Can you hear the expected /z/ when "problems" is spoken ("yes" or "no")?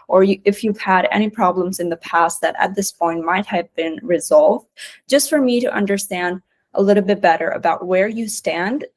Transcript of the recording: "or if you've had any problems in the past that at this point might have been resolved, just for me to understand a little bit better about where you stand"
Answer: yes